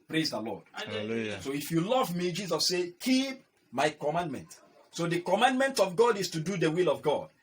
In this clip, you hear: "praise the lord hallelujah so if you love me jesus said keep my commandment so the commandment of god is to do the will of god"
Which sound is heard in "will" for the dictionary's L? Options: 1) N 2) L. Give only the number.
2